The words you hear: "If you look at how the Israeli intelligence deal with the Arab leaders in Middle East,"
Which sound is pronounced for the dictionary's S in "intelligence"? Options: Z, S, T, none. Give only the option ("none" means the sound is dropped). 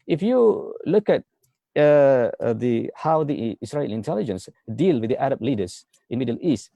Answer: S